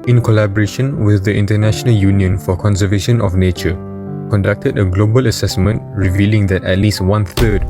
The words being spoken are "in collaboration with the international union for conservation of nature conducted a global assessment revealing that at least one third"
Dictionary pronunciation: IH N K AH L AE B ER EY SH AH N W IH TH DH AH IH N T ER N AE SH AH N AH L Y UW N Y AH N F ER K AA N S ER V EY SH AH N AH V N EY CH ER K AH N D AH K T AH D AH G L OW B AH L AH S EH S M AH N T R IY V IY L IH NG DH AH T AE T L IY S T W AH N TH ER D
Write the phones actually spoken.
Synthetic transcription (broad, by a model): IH N K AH L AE B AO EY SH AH N W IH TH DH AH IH N T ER N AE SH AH N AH L Y UW N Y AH N F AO K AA N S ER V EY SH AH N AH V N EY CH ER K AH N D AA K T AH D AH G L OW B AH L AH S EH S M AH N T R IY V IY L IH NG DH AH T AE T L IY S T W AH N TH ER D